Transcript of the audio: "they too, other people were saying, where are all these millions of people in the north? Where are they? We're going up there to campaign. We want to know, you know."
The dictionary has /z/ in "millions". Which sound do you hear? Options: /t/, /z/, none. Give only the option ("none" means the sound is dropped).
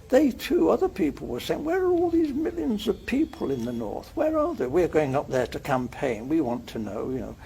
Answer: /z/